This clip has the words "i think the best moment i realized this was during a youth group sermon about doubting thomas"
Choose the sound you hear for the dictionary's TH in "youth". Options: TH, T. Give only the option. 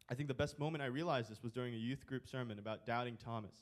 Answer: TH